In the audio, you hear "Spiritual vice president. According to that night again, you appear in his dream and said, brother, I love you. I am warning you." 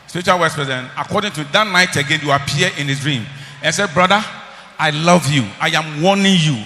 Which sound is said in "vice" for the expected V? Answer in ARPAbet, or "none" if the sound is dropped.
W